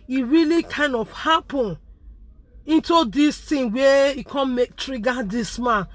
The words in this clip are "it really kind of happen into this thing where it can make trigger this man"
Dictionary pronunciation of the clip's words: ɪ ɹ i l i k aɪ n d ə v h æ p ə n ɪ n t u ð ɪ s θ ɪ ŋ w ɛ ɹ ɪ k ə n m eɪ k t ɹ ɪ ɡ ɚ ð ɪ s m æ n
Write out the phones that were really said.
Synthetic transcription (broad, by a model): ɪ ɹ i l i k aɪ n d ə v h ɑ p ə n ɪ n t u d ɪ s t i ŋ w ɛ ɪ k ə n m eɪ k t ɹ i ɡ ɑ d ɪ s m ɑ n